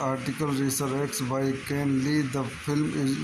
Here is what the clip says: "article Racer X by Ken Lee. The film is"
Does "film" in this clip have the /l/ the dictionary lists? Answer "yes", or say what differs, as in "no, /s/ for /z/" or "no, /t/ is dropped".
yes